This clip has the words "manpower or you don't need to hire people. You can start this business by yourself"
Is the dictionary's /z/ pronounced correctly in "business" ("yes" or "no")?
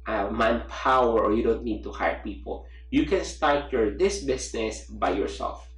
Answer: no